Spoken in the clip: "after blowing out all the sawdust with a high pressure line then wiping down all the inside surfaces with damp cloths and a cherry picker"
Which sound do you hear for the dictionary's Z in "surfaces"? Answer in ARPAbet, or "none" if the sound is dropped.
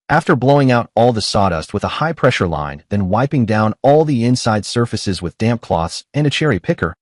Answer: Z